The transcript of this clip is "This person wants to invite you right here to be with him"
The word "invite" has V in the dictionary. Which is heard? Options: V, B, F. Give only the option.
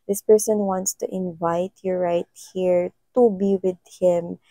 V